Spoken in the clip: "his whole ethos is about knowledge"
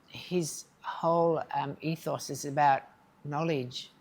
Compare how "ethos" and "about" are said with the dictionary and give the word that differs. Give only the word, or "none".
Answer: none